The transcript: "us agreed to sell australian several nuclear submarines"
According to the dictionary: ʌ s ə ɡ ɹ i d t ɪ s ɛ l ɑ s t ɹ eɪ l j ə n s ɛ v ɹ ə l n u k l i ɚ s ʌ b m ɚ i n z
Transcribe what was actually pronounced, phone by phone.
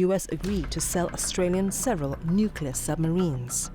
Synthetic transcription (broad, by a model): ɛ s ə ɡ ɹ i d t ɪ s ɛ l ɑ s t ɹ eɪ l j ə n s ɛ v ɹ ə l n u k l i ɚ s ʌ b m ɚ i n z